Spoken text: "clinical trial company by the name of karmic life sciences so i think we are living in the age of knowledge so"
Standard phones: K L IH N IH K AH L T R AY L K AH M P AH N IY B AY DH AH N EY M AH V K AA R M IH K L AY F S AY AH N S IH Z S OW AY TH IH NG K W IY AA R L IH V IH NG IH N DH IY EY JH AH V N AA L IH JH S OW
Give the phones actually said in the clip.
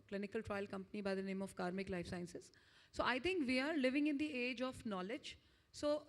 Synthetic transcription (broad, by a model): K L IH N IH K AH L T R AY L K AH M P AH N IY B AY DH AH N EY M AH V K AA R M IH K L AY F S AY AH N S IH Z S OW AY T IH NG K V IY AA R L IH V IH NG IH N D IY EY JH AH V N AA L IH JH S OW